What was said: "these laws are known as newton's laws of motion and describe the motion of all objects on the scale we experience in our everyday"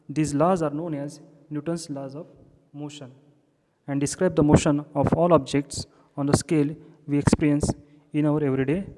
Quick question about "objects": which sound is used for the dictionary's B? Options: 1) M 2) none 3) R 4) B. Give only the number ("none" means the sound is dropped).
4